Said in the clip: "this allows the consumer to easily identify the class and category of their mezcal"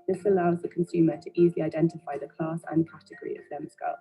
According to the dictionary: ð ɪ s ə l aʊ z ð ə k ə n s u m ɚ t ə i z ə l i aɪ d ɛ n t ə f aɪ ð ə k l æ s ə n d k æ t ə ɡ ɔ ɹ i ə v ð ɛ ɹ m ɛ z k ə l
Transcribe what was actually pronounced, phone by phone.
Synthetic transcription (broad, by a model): ð ɪ s ə l aʊ z ð ə k ə n s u m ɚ t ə i z ə l i aɪ d ɛ n t ə f aɪ ð ə k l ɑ s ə n k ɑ t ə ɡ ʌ ɹ i ə v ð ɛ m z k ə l